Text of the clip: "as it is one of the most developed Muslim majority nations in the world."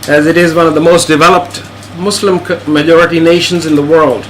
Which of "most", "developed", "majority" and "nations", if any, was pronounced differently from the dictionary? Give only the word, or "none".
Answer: none